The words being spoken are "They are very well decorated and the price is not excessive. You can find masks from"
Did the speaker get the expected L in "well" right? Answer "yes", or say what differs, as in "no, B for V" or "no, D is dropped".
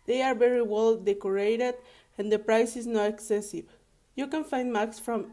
yes